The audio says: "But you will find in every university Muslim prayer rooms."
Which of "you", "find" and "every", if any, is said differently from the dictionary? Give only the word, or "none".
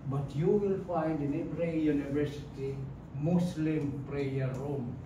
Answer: every